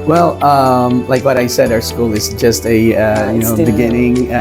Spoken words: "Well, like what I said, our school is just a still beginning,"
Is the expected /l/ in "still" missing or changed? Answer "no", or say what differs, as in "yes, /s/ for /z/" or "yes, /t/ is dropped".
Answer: yes, /n/ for /l/